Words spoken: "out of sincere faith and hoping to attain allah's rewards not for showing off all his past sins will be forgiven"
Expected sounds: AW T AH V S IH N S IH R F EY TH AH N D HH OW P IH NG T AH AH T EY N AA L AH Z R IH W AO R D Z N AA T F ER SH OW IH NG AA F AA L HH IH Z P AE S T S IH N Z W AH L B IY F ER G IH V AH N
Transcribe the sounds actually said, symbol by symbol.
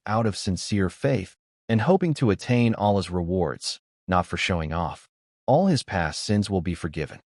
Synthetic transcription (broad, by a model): AW T AH V S IH N S IH R F EY TH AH N HH OW P IH NG T AH AH T EY N AA L AH Z R IH W AO R D Z N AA T F ER SH OW IH NG AA F AA L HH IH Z P AE S T S IH N Z W AH L B IY F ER G IH V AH N